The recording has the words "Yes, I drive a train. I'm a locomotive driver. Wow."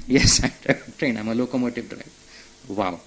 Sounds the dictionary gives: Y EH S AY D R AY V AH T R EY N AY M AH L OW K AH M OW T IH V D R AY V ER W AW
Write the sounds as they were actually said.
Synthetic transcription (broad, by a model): Y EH S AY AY AH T R EY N AY M AH L OW K AH M OW T IH V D R AY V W AW